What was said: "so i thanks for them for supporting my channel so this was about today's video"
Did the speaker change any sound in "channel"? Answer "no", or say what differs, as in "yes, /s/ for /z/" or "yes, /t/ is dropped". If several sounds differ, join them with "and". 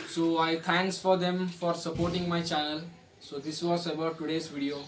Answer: yes, /n/ is dropped